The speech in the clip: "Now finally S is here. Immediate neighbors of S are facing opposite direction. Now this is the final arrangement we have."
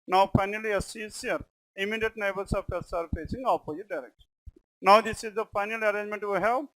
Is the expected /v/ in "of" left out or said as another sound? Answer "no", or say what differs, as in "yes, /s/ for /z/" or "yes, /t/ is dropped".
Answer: yes, /p/ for /v/